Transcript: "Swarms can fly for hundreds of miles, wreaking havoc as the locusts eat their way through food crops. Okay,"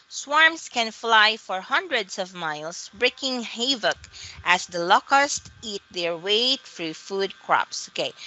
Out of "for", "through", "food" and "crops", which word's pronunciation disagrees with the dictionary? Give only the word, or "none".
through